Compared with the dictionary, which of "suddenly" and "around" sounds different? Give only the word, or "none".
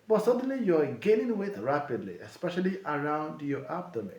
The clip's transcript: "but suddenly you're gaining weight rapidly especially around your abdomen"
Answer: none